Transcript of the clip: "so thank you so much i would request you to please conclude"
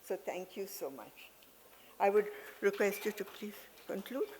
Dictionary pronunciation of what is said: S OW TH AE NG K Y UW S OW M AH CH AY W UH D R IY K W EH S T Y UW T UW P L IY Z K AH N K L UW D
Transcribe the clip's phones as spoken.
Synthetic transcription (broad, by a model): S OW T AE NG K Y UW S OW M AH CH AY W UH D R IY K W EH S T Y UW T UW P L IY K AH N K L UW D